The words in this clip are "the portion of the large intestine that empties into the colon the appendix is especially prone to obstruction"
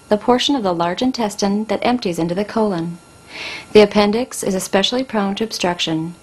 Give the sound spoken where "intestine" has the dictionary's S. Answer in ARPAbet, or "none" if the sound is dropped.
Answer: S